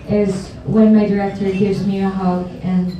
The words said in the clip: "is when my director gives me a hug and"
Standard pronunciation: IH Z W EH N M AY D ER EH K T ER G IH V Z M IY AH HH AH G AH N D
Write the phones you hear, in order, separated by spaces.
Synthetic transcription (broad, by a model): IH Z W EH N M AY D ER EH K T ER G IH V Z M IY AH HH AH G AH N